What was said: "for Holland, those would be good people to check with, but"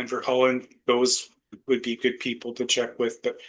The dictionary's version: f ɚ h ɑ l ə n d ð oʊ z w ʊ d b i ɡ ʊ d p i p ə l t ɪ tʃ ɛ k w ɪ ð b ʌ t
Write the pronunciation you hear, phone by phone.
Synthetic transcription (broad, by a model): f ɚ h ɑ l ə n ð oʊ z w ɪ d b i ɡ ʊ d p i p l t ɪ tʃ ɛ k w ɪ ð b ʌ t